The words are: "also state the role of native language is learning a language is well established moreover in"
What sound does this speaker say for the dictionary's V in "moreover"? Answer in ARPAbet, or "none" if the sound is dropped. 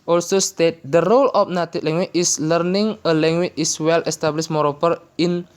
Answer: P